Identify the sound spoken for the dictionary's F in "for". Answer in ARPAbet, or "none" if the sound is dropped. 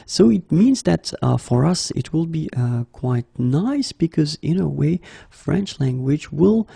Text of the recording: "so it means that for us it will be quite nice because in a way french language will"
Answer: F